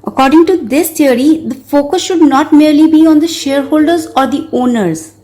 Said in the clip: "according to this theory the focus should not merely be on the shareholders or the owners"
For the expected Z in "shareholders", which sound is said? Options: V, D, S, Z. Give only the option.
Z